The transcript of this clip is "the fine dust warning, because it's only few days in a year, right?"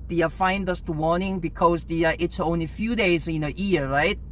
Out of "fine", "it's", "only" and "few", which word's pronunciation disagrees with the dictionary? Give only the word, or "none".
none